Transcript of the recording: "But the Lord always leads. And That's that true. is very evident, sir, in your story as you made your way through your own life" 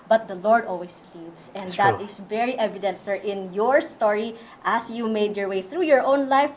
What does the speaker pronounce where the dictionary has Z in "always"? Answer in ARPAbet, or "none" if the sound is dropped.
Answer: S